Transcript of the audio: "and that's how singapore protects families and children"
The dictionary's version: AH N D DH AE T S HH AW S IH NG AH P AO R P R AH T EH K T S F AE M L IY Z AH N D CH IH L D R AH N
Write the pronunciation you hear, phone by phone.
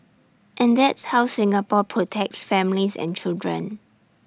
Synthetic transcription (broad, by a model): AH N D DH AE T S HH AW S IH NG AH P AO P R AH T EH K T S F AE M L IY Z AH N CH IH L D R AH N